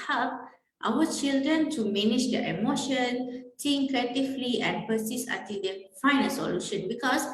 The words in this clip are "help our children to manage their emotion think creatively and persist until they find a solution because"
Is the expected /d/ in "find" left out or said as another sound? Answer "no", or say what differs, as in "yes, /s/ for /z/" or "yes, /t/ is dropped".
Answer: yes, /d/ is dropped